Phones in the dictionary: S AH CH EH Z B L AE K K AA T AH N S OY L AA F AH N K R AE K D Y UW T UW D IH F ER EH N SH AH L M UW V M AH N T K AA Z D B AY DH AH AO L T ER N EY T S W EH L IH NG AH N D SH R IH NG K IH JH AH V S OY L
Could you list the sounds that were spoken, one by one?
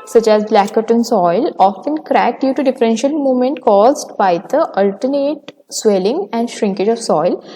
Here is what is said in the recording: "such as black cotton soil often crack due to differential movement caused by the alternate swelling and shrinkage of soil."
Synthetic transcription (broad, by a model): S AH CH EH Z B L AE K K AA T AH N S OY L AA F AH N K R AE K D Y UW T UW D IH F ER EH N SH AH L M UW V M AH N T K AA Z D B AY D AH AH L T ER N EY T S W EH L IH NG AH N D SH R IH NG K IH JH AH V S OY L